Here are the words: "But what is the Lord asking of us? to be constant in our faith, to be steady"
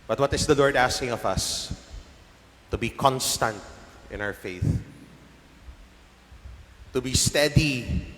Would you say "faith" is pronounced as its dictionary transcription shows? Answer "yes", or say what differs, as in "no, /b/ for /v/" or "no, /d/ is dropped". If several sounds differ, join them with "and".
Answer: yes